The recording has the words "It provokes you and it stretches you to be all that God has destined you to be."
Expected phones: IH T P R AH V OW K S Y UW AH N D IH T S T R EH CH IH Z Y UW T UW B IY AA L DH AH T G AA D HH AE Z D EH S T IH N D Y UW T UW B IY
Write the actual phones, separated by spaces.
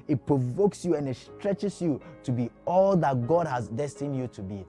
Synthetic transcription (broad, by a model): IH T P R AH V OW K S Y UW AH N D IH T S T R EH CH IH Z Y UW T UW B IY AA L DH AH T G AA D HH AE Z D EH S T IH N D Y UW T UW B IY